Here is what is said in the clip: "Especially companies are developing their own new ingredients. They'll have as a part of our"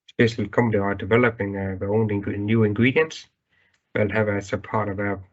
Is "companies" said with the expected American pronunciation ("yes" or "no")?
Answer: no